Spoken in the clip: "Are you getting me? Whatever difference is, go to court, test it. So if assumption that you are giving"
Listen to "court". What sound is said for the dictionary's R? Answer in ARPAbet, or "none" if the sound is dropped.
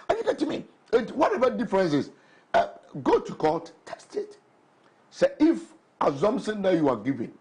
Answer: L